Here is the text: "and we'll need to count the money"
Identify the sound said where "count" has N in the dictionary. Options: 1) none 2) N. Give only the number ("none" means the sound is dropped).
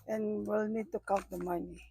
1